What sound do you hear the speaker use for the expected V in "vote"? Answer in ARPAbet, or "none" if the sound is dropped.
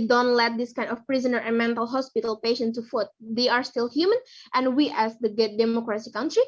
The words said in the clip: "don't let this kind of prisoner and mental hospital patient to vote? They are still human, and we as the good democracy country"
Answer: F